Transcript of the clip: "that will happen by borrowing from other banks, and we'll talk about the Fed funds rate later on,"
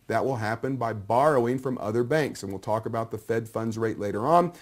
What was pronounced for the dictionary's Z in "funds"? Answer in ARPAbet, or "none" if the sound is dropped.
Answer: Z